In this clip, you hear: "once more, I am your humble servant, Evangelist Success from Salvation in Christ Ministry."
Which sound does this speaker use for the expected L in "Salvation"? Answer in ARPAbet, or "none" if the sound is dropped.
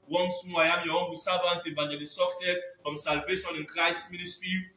L